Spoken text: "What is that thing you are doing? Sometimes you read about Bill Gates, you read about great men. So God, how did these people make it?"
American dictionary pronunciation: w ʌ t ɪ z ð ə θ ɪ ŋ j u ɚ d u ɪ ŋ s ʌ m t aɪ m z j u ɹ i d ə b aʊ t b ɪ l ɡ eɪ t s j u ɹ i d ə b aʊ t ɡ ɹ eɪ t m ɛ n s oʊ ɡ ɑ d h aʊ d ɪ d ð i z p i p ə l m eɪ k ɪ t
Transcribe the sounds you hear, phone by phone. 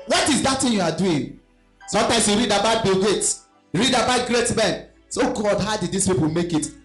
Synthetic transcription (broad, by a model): w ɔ t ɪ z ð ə t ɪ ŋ j u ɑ d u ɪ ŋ s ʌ m t aɪ m s j u ɹ i d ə b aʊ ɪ b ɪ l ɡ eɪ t j u ɹ i d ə b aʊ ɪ ɡ ɹ eɪ t m ɛ n s oʊ ɡ ɑ d h aʊ d ɪ d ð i s p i p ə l m eɪ k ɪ t